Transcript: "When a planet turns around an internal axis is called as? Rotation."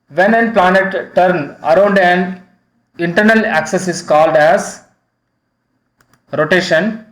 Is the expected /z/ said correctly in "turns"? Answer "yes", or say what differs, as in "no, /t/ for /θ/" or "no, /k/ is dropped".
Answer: no, /z/ is dropped